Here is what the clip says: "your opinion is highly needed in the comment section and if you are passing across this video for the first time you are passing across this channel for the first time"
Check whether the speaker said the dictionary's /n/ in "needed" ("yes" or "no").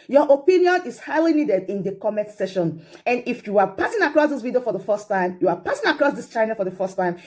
yes